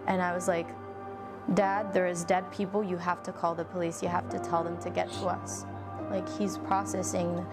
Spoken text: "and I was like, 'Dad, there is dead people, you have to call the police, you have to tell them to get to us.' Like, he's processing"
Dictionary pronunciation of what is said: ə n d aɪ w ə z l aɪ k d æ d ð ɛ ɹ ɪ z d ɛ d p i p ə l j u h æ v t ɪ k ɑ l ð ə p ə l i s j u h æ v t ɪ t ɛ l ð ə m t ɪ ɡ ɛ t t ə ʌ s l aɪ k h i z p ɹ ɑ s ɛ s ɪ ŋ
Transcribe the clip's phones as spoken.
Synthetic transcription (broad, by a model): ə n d aɪ w ə z l aɪ k d æ d ð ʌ ɹ ɪ z d ɛ d p i p l j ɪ h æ f t ɪ k ɑ l ð ə p ə l i s j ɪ h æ f t ɪ t ɛ l ð ə m t ɪ ɡ ɛ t t ə ʌ s l aɪ k h i z p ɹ ɑ s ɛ s ɪ ŋ